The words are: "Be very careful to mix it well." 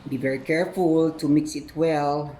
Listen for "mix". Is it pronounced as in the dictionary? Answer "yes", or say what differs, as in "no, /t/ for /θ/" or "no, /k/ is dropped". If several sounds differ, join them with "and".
yes